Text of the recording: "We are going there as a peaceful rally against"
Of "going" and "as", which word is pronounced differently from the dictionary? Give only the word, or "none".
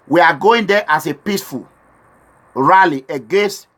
as